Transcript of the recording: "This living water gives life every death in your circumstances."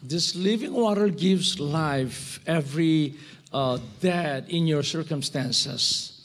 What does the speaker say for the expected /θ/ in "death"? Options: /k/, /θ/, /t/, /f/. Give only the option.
/t/